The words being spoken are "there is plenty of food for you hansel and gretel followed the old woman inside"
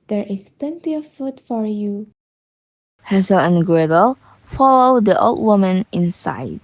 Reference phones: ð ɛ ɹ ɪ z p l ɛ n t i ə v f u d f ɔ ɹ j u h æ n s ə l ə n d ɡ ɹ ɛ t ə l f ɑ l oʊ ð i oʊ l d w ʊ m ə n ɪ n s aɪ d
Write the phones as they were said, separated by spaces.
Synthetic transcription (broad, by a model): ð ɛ ɹ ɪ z p l ɛ n t i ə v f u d f ɔ ɹ j u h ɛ s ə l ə n ɡ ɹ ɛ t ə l f ɑ l oʊ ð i oʊ l d w ʊ m ə n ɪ n s aɪ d